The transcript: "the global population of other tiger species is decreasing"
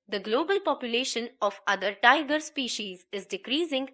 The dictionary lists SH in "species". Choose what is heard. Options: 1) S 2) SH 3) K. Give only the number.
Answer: 2